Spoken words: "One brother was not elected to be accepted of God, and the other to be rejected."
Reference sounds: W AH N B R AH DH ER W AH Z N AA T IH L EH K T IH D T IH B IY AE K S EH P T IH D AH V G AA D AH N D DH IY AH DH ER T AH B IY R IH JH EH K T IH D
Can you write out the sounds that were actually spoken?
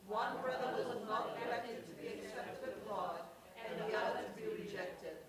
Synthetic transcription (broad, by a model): W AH N B R AH DH ER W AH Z N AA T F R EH T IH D T IH B IY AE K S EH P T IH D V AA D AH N DH IY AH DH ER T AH B IY R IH JH EH K T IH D